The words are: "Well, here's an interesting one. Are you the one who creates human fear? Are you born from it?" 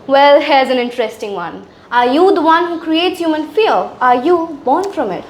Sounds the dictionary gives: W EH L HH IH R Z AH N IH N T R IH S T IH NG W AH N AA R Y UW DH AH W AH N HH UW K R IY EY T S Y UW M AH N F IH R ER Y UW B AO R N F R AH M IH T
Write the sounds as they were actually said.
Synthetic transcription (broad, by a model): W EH L HH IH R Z AH N IH N T R IH S T IH NG W AH N AA R Y UW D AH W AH N HH UW K R IY EY T S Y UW M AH N F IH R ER Y UW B AO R N F R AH M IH T